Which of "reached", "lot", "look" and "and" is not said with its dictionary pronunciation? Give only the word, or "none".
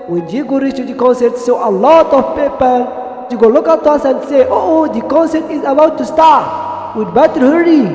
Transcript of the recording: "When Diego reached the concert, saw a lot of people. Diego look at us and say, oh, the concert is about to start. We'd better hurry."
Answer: reached